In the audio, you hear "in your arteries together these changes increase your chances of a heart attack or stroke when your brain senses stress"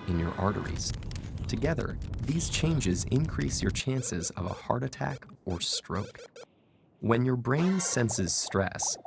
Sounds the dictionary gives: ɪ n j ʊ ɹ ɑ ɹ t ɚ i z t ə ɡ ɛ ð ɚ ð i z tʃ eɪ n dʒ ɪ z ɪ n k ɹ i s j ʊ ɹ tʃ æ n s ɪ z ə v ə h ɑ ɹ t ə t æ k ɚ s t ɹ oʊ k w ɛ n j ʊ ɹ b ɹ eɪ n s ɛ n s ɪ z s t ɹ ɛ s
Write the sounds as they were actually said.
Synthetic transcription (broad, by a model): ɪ n j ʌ ɹ ɑ ɹ t ɚ i z t ə ɡ ɛ ð ɚ ð i z tʃ eɪ n dʒ ɪ z ɪ n k ɹ i s j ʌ ɹ tʃ æ n s ɪ z ə v ə h ɑ ɹ t ə t æ k ɚ s t ɹ oʊ k w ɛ n j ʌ ɹ b ɹ eɪ n s ɛ n s ɪ z s t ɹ ɛ s